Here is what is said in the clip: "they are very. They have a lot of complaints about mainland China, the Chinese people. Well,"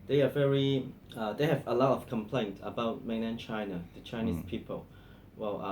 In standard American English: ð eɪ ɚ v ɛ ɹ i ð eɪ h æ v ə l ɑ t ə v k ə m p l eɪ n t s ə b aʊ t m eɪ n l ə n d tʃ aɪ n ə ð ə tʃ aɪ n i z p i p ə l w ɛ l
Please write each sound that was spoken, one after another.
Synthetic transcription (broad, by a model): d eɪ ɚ v ɛ ɹ i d eɪ h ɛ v ə l ɑ t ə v k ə m p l eɪ n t ə b aʊ t m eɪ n ə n tʃ aɪ n ə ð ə tʃ aɪ n i s p i p ə l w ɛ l